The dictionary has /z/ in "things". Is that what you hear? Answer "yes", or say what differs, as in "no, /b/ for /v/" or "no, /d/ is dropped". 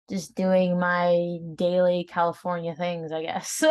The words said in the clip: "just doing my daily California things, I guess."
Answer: yes